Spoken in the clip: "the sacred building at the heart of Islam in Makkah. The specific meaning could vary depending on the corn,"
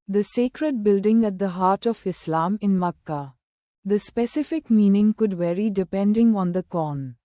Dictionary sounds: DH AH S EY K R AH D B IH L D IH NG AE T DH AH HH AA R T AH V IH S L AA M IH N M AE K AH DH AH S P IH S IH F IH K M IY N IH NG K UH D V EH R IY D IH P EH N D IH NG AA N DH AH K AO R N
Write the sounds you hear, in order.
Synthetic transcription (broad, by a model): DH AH S EY K R AH D B IH L D IH NG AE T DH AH HH AA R T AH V IH S L AA M IH N M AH K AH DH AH S P IH S IH F IH K M IY N IH NG K UH D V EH R IY D IH P EH N D IH NG AA N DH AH K AO N